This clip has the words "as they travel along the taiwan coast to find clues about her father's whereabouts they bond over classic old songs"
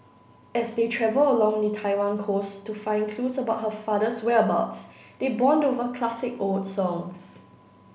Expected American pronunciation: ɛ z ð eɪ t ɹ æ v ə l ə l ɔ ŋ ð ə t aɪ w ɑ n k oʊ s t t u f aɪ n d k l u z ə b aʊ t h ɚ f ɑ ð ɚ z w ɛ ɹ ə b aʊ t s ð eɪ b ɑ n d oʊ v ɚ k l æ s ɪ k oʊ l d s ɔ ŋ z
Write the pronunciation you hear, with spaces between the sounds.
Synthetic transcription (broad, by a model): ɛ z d eɪ t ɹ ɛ v ə l ə l ɔ ŋ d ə t aɪ w ɑ n k oʊ s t t u f aɪ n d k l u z ə b aʊ t h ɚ f ɑ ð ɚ s w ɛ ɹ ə b aʊ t s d eɪ b ɑ n d oʊ v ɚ k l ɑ s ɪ k oʊ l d s ɔ ŋ s